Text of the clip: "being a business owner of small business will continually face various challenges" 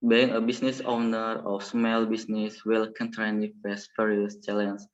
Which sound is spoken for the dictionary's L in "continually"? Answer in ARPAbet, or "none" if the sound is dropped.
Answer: N